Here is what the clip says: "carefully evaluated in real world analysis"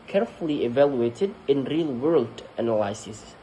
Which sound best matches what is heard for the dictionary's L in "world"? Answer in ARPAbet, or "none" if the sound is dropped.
L